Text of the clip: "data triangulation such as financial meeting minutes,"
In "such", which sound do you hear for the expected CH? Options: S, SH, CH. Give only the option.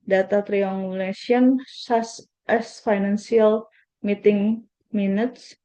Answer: S